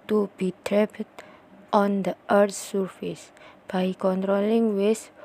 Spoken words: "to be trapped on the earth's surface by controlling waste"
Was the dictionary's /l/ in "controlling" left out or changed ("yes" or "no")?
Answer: no